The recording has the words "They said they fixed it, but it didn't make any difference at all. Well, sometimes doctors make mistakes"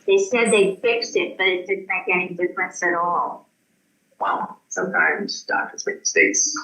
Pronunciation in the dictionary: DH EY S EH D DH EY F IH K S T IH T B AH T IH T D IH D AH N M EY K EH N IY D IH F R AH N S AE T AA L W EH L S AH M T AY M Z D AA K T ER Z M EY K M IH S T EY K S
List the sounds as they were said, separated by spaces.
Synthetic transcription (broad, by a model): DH EY S EH D DH EY F IH K S T IH T B AH T IH T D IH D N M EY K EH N IY D IH F R AH N S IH T AA L W EH L S AH M T AY M Z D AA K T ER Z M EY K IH S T EY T S